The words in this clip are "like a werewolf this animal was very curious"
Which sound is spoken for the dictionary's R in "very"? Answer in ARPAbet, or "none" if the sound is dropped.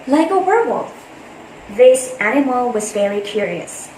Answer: L